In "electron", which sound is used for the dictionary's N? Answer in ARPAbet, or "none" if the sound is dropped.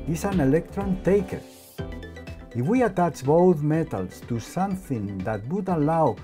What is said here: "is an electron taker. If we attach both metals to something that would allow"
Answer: N